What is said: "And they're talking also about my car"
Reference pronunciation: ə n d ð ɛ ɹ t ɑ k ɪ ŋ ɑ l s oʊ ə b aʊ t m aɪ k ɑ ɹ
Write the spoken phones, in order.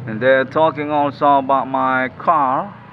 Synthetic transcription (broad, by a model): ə n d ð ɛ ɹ t ɑ k ɪ ŋ ɑ l s oʊ ə b aʊ t m aɪ k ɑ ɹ